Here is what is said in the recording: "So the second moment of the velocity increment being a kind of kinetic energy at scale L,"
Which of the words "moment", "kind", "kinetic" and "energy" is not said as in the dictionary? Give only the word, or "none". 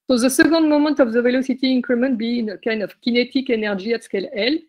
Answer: energy